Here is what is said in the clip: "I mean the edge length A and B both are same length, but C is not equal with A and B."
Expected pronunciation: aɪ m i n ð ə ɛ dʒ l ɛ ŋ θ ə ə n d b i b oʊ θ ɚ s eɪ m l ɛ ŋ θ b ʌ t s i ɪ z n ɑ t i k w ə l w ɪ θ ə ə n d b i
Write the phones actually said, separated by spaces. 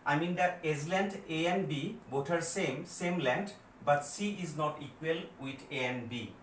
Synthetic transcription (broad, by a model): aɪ m i n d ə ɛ z l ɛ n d ə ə n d b i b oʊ t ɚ s eɪ m l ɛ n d b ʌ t s i ɪ z n ɑ t i k w ə l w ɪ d ə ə n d b i